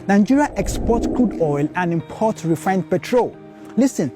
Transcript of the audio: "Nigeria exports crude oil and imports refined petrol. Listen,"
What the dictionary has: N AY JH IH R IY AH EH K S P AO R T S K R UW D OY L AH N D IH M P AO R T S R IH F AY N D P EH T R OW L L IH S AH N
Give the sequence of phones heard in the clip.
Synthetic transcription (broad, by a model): N AY JH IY R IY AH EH K S P AO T K L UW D OY L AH N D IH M P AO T R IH F AY N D P EH T R OW L L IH S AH N